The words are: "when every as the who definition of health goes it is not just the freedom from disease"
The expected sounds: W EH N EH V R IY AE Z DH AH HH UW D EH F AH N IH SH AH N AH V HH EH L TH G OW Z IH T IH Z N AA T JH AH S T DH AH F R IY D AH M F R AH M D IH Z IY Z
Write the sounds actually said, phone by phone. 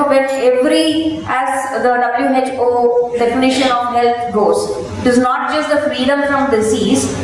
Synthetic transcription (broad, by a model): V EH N EH V R IY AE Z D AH HH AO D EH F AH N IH SH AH N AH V HH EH L T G OW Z IH T IH Z N AA T JH AH S T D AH F R IY D AH M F R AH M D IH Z IY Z